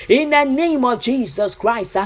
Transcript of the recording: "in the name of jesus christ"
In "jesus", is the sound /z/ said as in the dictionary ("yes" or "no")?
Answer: yes